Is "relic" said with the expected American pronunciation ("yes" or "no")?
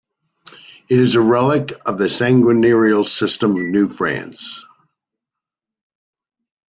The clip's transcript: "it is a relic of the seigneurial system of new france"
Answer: yes